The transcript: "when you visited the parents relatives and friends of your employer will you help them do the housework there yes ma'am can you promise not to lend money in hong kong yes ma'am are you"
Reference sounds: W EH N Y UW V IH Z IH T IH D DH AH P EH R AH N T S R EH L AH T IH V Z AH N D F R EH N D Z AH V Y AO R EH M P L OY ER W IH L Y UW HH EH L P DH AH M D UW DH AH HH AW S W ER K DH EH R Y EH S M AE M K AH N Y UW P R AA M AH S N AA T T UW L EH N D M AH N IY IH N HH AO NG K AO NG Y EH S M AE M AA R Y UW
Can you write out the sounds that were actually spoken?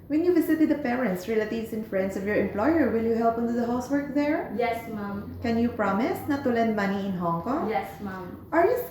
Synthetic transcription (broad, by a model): W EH N Y UW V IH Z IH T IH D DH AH P EH R AH N T S R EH L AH T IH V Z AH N F R EH N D S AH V Y AO R EH M P L OY ER W IH L Y UW HH EH L P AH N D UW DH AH HH AW S W ER K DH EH R Y EH S M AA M K AH N Y UW P R AA M AH S N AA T T UW L EH N D M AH N IY IH N HH AO NG K AO NG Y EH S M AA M AA R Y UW